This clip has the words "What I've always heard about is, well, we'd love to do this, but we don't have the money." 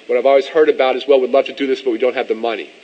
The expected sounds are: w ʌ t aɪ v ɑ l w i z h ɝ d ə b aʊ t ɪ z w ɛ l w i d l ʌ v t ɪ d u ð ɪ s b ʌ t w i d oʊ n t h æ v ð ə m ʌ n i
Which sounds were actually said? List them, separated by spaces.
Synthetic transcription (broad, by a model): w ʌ t aɪ v ɑ l w i z h ɝ d ə b aʊ t ɪ z w ɛ l w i d l ʌ v t ɪ d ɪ ð ɪ s b ʌ t w i d oʊ n t h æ v ð ə m ʌ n i